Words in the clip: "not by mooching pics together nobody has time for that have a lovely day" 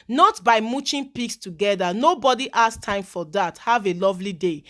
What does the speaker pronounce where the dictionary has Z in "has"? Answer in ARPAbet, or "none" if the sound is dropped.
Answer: S